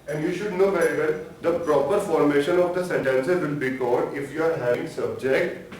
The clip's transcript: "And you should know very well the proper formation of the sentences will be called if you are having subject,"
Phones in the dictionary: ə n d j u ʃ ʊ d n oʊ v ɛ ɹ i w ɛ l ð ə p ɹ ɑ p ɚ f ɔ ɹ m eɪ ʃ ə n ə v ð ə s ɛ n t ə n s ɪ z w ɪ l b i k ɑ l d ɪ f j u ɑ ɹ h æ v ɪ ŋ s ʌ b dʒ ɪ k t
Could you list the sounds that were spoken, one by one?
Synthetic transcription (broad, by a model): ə n d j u ʃ ʊ d n oʊ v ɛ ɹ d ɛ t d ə p ɹ ɑ p ɚ f ɔ ɹ m eɪ ʃ ə n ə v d ə s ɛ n t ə n s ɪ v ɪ l b i k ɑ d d ɪ f j u ɑ ɹ h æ ɪ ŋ s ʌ b dʒ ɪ k t